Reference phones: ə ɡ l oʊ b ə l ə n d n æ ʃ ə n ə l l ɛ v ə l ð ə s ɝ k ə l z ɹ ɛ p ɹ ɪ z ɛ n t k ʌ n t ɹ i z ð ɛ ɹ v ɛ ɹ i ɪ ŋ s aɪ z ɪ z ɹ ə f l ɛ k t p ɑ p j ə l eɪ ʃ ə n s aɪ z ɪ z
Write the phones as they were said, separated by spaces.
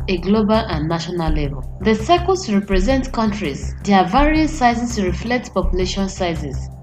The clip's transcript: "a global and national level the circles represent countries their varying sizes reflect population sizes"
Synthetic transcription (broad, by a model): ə ɡ l oʊ b ə l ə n n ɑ ʃ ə n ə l l ɛ v ə l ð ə s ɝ k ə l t ɹ ɛ p ɹ ɪ z ɛ n t k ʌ n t ɹ i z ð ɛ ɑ v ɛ ɹ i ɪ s aɪ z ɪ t ɹ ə f l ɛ k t p ɑ p j ə l eɪ ʃ ə n s aɪ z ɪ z